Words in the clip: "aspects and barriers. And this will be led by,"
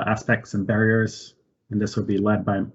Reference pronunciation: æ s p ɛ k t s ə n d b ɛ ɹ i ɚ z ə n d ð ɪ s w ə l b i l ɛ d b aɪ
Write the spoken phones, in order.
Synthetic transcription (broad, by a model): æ s p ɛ k t s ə n b ɛ ɹ i ɚ z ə n ð ɪ s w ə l b i l ɛ d b aɪ